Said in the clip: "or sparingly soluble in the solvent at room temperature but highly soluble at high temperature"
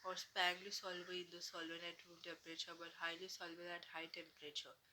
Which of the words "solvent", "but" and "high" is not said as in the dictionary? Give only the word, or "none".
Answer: solvent